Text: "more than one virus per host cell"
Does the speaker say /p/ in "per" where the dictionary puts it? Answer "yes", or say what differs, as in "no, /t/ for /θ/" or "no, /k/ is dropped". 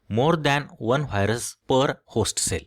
yes